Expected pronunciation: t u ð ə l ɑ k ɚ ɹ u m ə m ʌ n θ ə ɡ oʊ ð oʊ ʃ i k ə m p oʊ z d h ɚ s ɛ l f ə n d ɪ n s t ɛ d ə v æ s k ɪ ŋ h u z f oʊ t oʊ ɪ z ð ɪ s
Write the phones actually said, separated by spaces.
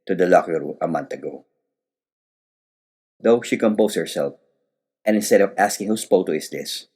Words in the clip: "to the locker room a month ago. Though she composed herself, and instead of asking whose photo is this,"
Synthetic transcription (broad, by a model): t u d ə l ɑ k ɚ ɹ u ə m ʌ n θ ə ɡ oʊ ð oʊ ʃ i k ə m p oʊ s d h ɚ s ɛ l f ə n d ɪ n s t ɛ d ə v æ s k ɪ ŋ h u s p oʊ t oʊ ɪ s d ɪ s